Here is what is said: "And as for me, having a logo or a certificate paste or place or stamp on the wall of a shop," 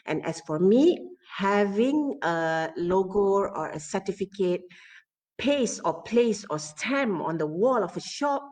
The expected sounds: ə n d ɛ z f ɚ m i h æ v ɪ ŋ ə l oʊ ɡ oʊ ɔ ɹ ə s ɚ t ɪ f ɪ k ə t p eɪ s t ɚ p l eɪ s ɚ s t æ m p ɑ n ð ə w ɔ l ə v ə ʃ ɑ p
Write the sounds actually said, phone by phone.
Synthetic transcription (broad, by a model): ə n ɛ s f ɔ m i h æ v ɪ ŋ ə l oʊ ɡ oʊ ɔ ɹ ə s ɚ t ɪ f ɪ k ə t p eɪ s ɔ p l eɪ s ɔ s t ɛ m ɑ n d ə w ɔ l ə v ə ʃ ɑ p